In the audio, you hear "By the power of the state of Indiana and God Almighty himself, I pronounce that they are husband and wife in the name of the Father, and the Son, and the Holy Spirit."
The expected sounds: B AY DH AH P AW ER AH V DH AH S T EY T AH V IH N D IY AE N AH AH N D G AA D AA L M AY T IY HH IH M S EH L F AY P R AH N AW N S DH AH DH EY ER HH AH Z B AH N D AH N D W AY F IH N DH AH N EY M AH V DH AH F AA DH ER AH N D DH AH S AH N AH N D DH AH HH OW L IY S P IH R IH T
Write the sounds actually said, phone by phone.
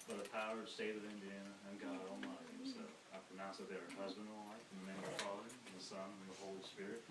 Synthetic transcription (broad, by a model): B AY DH AH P AW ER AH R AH S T EY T AH V IH N D IY AE N AH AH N G AA D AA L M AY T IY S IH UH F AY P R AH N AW S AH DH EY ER HH AH Z B AH N D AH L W AY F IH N DH AH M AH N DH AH F AA DH ER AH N DH AH S AH N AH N DH AH HH OW L IY S P IH R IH T